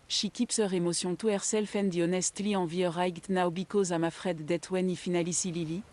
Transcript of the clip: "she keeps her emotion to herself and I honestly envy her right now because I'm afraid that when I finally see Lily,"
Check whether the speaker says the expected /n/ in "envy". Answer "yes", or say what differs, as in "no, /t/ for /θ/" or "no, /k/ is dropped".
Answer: no, /n/ is dropped